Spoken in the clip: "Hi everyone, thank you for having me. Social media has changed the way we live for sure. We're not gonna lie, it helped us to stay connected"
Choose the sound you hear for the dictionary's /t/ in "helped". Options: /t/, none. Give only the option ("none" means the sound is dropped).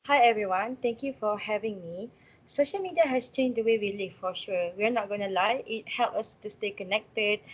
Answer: none